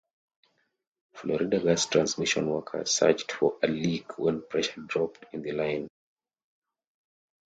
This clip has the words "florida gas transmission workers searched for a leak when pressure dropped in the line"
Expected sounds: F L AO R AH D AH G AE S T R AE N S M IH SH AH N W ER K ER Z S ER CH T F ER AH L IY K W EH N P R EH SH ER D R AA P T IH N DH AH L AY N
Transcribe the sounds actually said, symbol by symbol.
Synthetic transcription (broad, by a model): F L AO R AH D AH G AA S T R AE N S M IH SH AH N W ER K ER S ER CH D F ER AH L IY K W EH N P R EH SH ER D R AA P T IH N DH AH L AY N